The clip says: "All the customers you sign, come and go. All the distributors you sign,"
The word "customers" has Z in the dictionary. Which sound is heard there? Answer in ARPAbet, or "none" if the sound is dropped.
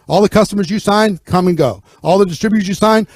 Z